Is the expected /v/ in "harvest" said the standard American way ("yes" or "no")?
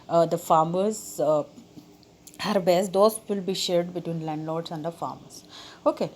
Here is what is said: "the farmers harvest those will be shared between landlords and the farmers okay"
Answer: no